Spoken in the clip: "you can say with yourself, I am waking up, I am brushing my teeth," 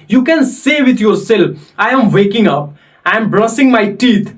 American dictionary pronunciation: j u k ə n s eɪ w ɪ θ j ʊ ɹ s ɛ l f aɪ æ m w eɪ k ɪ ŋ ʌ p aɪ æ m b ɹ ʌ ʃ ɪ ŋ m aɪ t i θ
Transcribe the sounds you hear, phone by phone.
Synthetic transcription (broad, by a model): j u k ə n s eɪ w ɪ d j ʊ ɹ s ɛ l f aɪ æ m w eɪ k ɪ ŋ ʌ p aɪ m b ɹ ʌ s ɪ ŋ m aɪ t i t